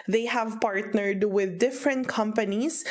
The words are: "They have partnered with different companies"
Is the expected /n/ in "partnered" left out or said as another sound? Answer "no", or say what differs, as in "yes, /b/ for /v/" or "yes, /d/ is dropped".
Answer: no